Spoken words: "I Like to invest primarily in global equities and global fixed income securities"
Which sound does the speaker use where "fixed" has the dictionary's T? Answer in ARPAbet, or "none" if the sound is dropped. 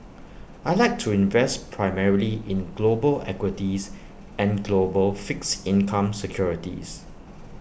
none